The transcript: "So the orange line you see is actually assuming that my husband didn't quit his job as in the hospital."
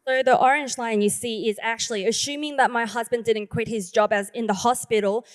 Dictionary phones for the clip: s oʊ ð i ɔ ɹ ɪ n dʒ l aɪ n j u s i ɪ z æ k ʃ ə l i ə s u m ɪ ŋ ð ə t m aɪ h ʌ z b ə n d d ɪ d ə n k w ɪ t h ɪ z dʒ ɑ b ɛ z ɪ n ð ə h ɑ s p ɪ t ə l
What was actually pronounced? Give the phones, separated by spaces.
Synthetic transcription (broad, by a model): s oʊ ð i ɔ ɹ ɪ n dʒ l aɪ n j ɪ s i ɪ z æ k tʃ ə l i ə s u m ɪ ŋ ð ə t m aɪ h ʌ z b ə n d d ɪ d n k w ɪ t h ɪ z dʒ ɑ b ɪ z ɪ n ð ə h ɑ s p ɪ t l